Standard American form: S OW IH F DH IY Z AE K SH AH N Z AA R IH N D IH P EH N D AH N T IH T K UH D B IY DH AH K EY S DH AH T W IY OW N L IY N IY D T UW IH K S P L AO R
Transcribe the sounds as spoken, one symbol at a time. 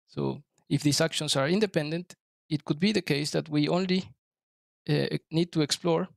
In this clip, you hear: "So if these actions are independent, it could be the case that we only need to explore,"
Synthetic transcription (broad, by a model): S OW IH F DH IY S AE K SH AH N S AA R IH N D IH P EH N D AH N T IH T K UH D B IY DH AH K EY S DH AH T W IY OW N L IY N IY D T UW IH K S P L AO R